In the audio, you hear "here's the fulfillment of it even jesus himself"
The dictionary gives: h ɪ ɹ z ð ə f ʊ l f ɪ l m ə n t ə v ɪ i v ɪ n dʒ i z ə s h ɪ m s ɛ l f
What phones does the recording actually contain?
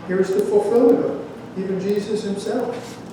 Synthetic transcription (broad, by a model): h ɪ ɹ z ð ə f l f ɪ l ə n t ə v i v ɪ n dʒ i z ə s h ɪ m s ɛ l f